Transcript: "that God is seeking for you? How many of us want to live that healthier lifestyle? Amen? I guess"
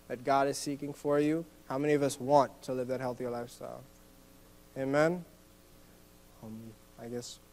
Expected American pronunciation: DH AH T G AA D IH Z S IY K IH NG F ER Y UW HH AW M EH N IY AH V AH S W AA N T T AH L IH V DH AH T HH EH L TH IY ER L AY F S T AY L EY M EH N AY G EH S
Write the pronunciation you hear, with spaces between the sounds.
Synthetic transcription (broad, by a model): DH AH T G AA D IH Z S IY K IH NG F ER Y UW HH AW M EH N IY AH V AH S W AA N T T AH L IH V DH AH T HH EH L TH IY ER L AY F S T AY L EY M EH N AY G EH S